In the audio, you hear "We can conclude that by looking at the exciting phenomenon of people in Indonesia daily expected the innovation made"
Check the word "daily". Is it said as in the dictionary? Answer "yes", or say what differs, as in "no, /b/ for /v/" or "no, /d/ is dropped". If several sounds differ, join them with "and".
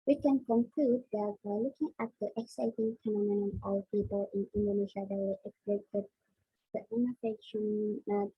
no, /w/ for /l/